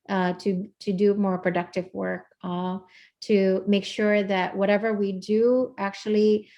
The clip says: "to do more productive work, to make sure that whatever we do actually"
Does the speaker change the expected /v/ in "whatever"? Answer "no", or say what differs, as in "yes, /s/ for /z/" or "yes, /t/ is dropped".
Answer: no